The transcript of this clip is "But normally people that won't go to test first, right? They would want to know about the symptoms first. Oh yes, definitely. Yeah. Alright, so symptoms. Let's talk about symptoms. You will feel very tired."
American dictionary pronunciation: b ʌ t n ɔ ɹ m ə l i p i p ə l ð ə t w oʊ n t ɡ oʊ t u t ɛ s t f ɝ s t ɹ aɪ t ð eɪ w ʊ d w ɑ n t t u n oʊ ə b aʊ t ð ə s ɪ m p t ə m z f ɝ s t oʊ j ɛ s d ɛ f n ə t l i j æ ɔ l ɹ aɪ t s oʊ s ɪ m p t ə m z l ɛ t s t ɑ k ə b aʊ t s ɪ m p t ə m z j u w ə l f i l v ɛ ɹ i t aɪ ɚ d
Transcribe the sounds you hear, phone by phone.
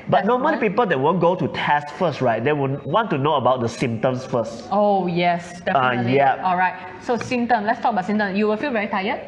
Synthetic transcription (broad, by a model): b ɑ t n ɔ m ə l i p i p ə l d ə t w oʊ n ɡ oʊ t u t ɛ s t f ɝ s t ɹ aɪ t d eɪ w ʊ w ɑ n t t u n oʊ ə b aʊ t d ə s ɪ m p t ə m s f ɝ s t oʊ j ɛ s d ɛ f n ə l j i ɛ ɔ l ɹ aɪ t s oʊ s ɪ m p t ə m l ɛ t s t ɑ k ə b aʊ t s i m t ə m s j u w ə l f i l v ɛ ɹ i t aɪ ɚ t